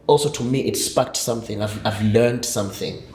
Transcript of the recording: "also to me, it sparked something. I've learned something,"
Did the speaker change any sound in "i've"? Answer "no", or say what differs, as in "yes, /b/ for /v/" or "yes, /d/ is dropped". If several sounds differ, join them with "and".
no